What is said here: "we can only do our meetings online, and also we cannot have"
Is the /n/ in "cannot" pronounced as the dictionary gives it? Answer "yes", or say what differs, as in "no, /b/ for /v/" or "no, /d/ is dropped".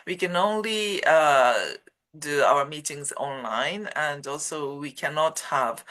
yes